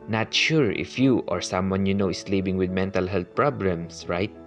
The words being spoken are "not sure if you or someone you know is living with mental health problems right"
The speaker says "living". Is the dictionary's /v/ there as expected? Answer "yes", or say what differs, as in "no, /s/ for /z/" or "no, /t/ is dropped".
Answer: no, /b/ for /v/